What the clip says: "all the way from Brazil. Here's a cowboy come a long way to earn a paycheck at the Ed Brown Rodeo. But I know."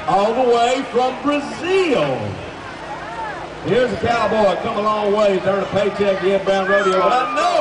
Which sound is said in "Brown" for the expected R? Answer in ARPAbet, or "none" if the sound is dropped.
none